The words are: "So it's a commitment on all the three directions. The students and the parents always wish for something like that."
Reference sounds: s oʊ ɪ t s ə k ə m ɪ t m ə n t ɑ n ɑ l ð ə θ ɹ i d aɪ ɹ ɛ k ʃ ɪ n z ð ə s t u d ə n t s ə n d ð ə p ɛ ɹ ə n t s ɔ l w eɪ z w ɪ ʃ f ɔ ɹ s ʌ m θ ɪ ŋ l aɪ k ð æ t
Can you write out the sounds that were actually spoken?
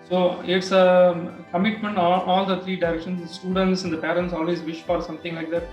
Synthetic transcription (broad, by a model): s oʊ ɪ t s ə k ə m ɪ t m ə n t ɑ l ɑ l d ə t ɹ i d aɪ ɹ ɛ k ʃ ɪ n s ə s t u d ə n t s ə n d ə p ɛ ɹ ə n t s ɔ l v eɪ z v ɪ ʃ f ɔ ɹ s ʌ m t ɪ ŋ l aɪ k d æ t